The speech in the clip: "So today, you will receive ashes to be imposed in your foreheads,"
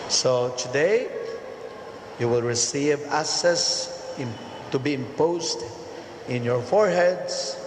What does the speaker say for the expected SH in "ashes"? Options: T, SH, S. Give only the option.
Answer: S